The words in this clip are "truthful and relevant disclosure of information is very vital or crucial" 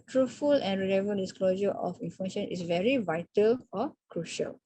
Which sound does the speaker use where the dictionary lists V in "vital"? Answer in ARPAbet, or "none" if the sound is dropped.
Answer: V